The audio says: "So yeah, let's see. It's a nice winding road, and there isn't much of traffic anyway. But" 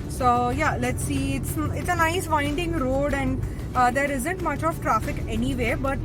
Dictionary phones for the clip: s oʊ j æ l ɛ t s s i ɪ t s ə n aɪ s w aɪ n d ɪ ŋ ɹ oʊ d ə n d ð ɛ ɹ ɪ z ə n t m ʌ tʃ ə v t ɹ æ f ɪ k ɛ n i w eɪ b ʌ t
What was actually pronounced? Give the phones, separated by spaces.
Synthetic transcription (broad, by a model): s oʊ j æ l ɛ t s s ɪ t s ə n aɪ s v aɪ n d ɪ ŋ ɹ oʊ d ə n d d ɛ ɹ ɪ z ə n t m ʌ tʃ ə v t ɹ æ f ɪ k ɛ n i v eɪ b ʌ t